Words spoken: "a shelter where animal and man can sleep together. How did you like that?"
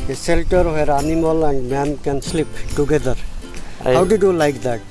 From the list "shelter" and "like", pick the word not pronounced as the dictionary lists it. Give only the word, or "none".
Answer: shelter